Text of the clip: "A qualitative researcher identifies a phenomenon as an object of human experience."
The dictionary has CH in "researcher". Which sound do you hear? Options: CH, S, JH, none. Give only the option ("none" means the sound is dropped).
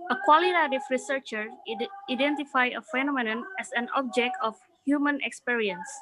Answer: CH